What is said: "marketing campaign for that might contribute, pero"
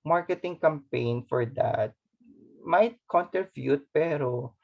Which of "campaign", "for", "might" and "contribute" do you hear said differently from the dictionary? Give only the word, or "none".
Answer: contribute